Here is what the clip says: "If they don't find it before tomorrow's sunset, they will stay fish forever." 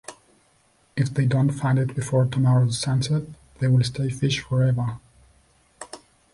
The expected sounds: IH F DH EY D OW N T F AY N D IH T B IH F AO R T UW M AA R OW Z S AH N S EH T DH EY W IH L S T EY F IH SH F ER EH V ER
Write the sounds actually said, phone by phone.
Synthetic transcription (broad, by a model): IH F DH EY D OW N T F AY N D IH T B IH F AO R T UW M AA R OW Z S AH N S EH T DH EY W IH L S T EY F IH SH F ER EH V ER